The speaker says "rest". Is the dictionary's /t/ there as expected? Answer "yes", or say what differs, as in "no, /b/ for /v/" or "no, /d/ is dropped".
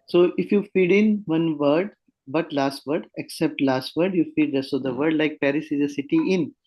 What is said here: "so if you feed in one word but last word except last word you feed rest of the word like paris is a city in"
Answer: no, /t/ is dropped